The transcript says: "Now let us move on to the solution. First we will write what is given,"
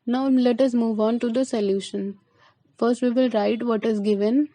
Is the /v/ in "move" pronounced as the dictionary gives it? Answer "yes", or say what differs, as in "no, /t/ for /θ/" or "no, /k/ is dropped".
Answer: yes